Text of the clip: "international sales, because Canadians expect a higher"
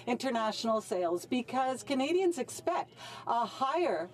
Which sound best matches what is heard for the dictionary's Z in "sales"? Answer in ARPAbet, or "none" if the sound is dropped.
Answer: Z